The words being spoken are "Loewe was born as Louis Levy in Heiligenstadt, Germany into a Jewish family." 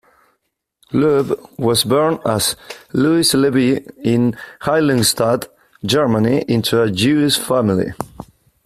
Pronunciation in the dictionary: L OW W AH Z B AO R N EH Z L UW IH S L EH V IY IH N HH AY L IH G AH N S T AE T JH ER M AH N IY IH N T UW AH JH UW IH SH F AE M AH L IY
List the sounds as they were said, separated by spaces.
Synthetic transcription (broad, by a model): L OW W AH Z B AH R N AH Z L UW IH S L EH B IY IH N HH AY L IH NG S T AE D JH ER M AH N IY IH N T UW AH JH UW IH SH F AE M AH L IY